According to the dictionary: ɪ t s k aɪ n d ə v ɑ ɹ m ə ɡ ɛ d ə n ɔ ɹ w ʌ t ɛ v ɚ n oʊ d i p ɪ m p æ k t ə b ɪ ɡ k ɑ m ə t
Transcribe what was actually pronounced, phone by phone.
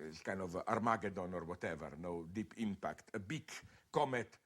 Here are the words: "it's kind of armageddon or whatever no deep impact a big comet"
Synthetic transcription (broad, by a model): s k aɪ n ə v ɑ ɹ m ə ɡ ɛ d ə n ɔ ɹ w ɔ t ɛ v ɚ n oʊ d i p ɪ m p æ k t ə b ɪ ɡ k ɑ m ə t